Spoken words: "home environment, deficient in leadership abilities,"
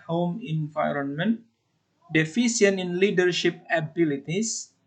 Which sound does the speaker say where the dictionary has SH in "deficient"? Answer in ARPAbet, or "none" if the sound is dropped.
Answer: S